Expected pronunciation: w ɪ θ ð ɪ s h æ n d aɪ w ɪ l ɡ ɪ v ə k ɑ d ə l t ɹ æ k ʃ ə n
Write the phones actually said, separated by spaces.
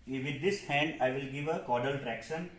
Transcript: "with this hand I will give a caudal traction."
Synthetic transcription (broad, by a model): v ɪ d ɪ s h æ n d aɪ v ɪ l ɡ ɪ v ə k ɑ d ə l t ɹ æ k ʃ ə n